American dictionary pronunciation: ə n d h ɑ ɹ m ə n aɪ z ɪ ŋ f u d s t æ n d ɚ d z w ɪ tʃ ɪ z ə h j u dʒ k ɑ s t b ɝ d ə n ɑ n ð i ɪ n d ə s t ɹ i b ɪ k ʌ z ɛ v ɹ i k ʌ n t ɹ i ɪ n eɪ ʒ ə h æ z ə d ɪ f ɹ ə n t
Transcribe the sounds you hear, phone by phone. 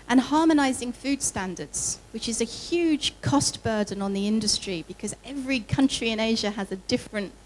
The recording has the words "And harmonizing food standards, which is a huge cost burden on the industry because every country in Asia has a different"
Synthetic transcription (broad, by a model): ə n h ɑ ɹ m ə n aɪ z ɪ ŋ f u d s t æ n d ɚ d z w ɪ tʃ ɪ z ə h j u dʒ k ɑ s t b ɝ d n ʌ n ð i ɪ n d ə s t ɹ i b ɪ k ʌ z ɛ v ɹ i k ʌ n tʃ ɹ i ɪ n eɪ ʒ ə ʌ z ə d ɪ f ɹ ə n t